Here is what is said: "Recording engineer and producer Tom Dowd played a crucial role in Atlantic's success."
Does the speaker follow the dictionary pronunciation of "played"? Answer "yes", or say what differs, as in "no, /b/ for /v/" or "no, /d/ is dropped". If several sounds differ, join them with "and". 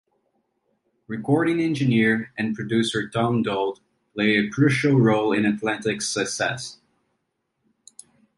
no, /d/ is dropped